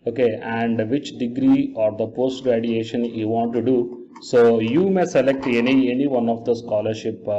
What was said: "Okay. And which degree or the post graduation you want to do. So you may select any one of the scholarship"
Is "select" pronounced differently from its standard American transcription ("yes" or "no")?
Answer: no